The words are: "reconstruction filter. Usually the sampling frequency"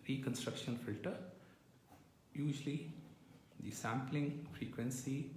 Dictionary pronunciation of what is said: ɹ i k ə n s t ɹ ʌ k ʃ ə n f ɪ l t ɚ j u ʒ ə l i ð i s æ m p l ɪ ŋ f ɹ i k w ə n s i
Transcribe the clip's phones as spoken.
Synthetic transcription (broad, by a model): ɹ i k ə n s t ɹ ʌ k ʃ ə n f ɪ l t ɚ j u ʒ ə l i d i s æ m p l ɪ ŋ f ɹ i k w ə n s i